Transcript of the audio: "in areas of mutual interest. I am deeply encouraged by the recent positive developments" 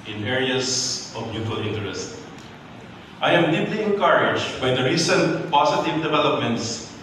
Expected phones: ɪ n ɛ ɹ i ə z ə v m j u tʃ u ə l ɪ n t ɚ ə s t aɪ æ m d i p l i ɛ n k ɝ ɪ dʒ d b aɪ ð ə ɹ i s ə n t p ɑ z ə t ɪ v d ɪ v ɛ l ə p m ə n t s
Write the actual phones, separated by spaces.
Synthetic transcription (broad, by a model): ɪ n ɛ ɹ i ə s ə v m j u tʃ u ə l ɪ n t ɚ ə s t aɪ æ m d i p l i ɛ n k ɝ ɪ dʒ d b aɪ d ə ɹ i s ə n t p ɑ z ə t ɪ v d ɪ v ɛ l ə p m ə n t s